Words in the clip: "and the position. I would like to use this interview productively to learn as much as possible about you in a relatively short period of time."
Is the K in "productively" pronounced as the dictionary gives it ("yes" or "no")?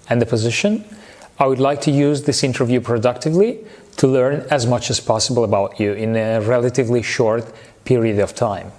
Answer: yes